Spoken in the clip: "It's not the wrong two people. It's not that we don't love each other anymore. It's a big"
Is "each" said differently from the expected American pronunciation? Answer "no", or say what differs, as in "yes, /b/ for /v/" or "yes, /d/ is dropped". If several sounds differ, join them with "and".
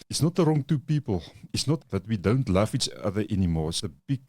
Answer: no